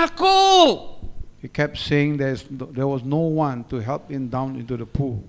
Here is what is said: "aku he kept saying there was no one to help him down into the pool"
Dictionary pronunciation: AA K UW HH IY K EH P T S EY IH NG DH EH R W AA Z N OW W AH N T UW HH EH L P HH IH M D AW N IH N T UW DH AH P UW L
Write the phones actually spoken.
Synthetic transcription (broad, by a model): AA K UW HH IY K EH P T S EY IH NG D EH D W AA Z N OW W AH N T UW HH EH L P HH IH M D AW N IH N T UW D AH P UW L